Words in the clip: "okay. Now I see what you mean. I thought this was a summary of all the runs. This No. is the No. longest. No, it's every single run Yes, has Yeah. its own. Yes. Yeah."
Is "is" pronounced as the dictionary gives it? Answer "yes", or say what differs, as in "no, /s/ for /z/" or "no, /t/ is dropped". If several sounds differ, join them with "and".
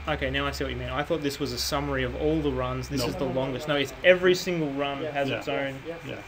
yes